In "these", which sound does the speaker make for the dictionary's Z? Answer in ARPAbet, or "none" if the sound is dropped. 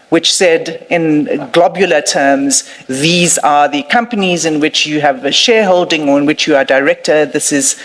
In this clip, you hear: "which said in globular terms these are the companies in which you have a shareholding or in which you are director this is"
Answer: Z